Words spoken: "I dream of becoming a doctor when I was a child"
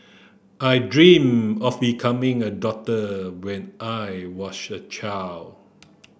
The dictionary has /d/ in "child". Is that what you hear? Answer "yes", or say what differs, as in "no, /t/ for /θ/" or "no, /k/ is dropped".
no, /d/ is dropped